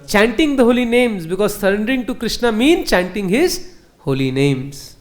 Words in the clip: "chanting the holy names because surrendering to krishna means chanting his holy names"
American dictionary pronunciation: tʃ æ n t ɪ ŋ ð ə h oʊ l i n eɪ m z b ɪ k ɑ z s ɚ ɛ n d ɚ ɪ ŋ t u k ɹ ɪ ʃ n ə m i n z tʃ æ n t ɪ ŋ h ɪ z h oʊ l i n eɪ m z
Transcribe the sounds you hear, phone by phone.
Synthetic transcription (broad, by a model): tʃ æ n t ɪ ŋ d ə h oʊ l i n eɪ m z b ɪ k ɑ z s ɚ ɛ n d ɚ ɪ ŋ t u k ɹ ɪ ʃ n ə m i n tʃ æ n t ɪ ŋ h ɪ z h oʊ l i n eɪ m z